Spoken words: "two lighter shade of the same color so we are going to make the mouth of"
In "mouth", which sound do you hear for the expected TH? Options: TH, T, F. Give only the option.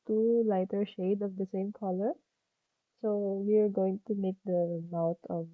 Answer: T